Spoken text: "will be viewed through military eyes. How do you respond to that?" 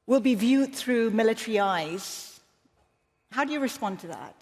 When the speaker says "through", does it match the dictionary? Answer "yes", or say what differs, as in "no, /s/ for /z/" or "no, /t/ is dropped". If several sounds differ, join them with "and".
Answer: yes